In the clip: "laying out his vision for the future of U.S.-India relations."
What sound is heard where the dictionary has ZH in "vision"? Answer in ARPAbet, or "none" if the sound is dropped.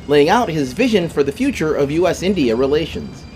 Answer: ZH